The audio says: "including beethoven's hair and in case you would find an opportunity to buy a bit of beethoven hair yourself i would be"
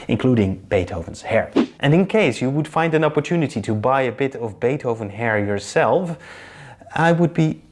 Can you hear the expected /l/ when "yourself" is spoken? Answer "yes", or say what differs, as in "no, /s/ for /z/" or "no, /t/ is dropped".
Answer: yes